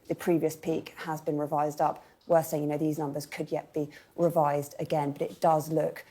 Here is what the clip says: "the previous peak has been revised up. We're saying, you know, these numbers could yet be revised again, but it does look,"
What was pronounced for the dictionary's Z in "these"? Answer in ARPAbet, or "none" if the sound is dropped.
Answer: Z